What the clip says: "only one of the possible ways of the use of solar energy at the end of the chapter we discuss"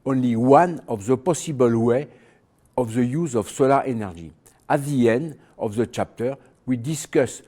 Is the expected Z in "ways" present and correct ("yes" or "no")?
no